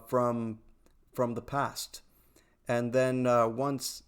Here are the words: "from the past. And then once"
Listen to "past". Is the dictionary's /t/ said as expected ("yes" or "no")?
yes